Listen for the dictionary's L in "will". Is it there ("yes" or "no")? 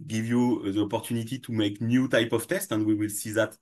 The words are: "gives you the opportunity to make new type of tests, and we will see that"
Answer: yes